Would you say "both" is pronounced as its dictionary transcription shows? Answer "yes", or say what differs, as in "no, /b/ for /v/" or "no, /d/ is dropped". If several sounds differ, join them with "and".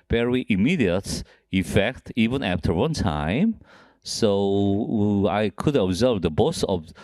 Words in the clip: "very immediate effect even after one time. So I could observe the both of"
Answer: no, /s/ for /θ/